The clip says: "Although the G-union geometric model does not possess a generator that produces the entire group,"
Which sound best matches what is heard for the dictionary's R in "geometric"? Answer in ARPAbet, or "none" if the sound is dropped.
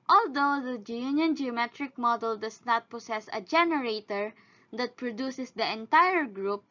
R